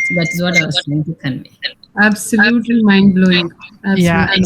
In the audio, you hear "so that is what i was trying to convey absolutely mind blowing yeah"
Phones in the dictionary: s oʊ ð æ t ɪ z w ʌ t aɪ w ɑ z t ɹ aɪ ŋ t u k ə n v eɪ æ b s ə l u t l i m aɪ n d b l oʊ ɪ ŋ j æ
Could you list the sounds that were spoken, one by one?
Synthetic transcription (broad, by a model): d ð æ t ɪ z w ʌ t aɪ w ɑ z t aɪ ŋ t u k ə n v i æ b s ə l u t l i m aɪ n d b l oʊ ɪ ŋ j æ